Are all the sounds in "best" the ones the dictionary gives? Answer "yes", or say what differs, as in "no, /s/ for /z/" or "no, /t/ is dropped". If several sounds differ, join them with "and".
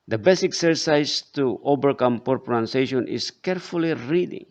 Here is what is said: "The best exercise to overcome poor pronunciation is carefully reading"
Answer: no, /t/ is dropped